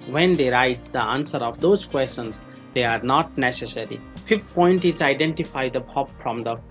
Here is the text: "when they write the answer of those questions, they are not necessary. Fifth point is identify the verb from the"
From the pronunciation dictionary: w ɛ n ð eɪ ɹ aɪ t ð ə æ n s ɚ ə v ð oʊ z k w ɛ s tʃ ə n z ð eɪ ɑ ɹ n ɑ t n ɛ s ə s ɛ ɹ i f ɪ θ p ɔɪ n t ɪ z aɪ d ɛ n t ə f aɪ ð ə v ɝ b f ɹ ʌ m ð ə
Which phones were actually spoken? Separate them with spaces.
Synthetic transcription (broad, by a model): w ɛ n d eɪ ɹ aɪ t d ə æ n s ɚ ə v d oʊ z k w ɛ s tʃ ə n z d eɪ ɑ ɹ n ɑ t n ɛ s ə s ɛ ɹ i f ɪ f p ɔɪ n t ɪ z aɪ d ɛ n t ə f aɪ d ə b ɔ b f ɹ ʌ m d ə